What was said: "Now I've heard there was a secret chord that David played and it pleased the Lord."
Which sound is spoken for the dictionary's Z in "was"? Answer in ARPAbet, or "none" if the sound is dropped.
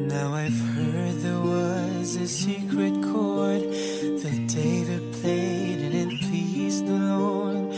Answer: Z